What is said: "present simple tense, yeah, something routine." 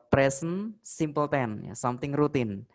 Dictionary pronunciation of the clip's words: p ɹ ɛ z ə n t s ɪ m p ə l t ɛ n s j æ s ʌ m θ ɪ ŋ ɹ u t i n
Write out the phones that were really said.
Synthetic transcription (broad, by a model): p ɹ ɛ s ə n s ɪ m p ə l t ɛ n j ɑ s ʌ m t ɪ ŋ ɹ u t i n